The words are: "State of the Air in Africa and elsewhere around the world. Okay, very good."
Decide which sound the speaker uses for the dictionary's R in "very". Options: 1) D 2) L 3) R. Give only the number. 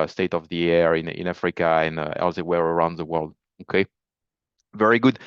3